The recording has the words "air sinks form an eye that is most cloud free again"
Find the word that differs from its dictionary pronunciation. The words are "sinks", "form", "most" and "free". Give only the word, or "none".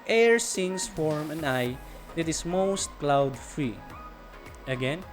sinks